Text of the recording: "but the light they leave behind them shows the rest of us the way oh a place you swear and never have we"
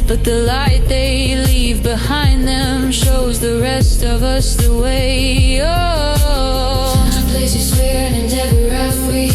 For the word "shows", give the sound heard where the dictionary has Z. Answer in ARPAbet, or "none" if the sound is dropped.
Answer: Z